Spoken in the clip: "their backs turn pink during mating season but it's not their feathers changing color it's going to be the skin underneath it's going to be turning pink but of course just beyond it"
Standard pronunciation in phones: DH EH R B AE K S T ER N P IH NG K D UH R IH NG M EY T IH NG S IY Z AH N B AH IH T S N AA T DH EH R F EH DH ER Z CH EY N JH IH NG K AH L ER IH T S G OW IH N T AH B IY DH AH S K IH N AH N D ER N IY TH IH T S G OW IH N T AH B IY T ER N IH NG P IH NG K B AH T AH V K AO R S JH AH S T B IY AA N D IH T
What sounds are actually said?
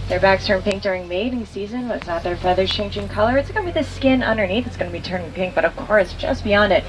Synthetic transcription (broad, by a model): DH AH R B AE K S T ER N P IH NG K D UH R IH NG M EY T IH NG S IY Z AH N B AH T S N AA T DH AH R F EH DH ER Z CH EY N JH IH NG K AH L ER IH T S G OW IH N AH B IY DH AH S K IH N AH N D ER N IY TH IH T S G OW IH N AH B IY T ER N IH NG P IH NG K B AH T AH V K AO R S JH AH S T B IY AA N D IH T